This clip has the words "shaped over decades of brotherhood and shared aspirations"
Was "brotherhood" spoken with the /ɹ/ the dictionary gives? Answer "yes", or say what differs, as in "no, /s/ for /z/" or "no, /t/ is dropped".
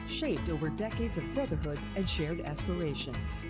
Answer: no, /ɹ/ is dropped